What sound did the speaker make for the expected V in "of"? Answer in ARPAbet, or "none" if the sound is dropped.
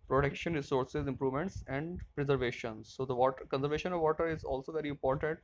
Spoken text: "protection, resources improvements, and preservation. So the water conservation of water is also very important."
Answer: V